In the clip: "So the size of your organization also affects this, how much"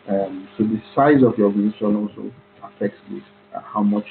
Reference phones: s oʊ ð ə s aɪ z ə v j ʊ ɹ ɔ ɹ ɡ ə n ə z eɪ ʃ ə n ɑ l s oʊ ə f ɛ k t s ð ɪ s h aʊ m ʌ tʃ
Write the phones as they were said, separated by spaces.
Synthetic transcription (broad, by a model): s oʊ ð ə s aɪ z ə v j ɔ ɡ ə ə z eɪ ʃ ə n ɑ l s oʊ ə f ɛ k t s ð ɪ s h aʊ m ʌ tʃ